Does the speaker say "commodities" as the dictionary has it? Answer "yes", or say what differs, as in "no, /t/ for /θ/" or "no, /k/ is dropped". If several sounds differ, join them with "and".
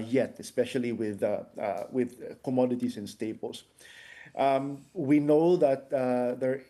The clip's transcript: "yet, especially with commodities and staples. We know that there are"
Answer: no, /s/ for /z/